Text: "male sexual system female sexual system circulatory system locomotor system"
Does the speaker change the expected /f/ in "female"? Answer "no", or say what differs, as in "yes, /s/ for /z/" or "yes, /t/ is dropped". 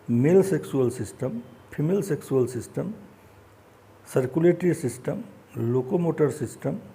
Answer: yes, /p/ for /f/